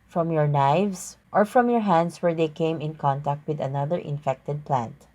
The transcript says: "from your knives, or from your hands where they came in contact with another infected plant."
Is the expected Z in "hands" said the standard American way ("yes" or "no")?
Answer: no